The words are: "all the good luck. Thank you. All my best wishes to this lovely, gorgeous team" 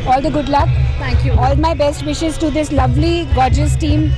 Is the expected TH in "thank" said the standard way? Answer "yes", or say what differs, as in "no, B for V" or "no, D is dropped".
no, T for TH